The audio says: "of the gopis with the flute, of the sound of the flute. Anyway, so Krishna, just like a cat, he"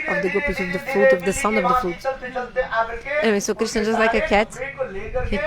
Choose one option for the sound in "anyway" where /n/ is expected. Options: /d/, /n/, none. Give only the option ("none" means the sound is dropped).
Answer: none